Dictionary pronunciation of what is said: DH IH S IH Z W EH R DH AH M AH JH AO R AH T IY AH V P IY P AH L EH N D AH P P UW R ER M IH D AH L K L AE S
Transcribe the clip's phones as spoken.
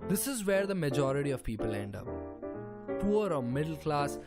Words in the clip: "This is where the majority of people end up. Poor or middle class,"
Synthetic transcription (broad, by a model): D IH S IH Z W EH R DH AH M AH JH AO R AH T IY AH V P IY P AH L EH N D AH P P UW R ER M IH D AH L K L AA S